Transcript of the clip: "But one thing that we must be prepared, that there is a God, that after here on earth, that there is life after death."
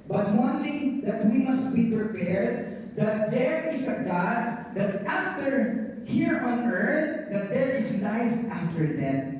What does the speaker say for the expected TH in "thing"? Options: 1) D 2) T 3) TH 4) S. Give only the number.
2